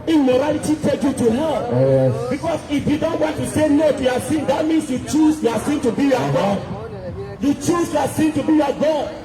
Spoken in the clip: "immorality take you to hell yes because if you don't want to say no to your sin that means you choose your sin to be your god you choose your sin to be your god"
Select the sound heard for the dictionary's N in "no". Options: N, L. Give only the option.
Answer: N